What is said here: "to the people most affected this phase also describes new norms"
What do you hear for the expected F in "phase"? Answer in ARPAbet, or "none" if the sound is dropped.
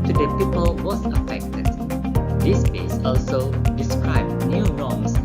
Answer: P